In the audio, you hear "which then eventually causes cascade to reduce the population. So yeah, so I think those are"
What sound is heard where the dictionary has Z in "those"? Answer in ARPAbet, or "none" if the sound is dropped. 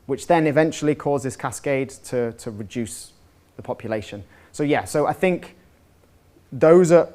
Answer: Z